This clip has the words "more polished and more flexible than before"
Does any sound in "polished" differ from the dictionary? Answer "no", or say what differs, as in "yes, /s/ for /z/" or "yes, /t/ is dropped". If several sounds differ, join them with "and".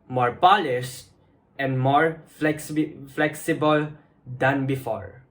yes, /s/ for /ʃ/